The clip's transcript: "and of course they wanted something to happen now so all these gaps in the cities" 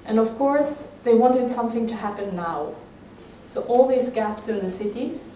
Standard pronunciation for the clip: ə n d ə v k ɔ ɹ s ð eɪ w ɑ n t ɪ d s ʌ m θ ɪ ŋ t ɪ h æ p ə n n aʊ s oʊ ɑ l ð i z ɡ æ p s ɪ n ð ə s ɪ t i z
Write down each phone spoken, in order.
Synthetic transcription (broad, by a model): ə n ə v k ɔ ɹ s ð eɪ w ɑ n t ɪ d s ʌ m θ ɪ ŋ t ɪ h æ p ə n n aʊ s oʊ ɑ l ð i z ɡ æ p s ɪ n ð ə s ɪ t i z